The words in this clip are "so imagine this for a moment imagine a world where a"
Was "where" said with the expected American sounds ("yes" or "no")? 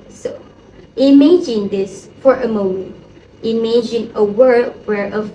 yes